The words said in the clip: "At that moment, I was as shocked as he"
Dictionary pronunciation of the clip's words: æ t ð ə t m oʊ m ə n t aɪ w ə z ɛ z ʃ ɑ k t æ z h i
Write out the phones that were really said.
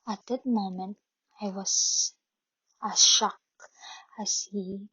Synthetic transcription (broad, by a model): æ t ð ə t m oʊ m ə n t aɪ w ə z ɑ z ʃ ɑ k æ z h i